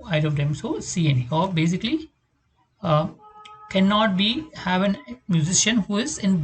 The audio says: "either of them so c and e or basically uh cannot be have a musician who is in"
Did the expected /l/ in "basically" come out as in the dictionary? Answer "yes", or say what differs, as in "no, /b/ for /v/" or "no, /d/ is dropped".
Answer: yes